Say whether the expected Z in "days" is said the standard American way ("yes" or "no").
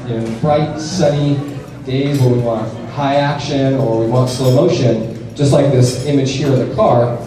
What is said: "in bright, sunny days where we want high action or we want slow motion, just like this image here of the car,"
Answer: yes